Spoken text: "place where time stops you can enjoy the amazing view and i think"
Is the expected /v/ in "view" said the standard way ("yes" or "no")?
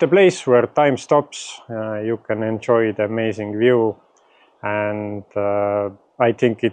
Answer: yes